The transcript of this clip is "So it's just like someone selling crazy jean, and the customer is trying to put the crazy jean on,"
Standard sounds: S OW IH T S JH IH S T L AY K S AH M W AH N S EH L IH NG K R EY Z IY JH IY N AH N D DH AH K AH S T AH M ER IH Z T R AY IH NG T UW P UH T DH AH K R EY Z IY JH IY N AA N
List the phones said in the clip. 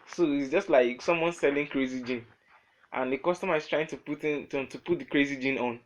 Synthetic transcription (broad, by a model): S OW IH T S JH IH S T L AY K S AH M W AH N S EH L IH NG K R EY Z IY JH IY N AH N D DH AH K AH S T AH M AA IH S T R AY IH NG T UW P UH T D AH K R EY Z IY JH IY N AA N